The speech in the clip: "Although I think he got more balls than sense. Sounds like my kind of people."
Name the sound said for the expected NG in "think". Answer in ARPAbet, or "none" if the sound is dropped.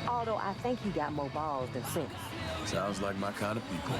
NG